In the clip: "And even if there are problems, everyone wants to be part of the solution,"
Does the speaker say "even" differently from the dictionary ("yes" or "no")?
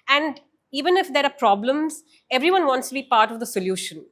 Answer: no